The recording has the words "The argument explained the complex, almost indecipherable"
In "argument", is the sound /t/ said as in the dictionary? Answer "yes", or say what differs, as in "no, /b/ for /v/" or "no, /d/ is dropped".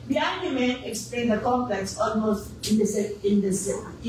no, /t/ is dropped